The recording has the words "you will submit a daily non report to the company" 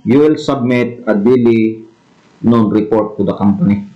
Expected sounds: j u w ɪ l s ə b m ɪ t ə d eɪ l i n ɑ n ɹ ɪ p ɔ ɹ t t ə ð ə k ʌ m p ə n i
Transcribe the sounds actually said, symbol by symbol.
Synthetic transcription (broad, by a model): j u w ɪ l s ə b m ɪ t ə d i l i n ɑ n ɹ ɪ p ɔ ɹ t t ə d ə k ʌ m p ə n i